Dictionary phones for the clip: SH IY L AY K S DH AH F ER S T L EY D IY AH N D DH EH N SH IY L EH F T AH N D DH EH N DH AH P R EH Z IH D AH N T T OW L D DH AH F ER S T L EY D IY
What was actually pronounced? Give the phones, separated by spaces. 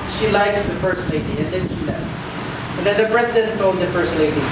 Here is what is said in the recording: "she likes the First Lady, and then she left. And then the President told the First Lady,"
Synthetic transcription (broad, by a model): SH IY L AY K S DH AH F ER S T L EY D IY AH N D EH N SH IY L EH T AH N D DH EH N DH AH P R EH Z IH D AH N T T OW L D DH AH F ER S T L EY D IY